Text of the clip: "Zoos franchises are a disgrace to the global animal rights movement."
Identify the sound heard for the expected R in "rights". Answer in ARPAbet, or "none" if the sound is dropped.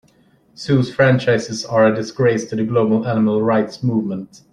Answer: R